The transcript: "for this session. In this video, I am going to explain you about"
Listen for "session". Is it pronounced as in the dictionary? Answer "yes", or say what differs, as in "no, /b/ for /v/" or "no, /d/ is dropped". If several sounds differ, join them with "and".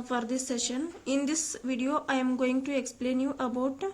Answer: yes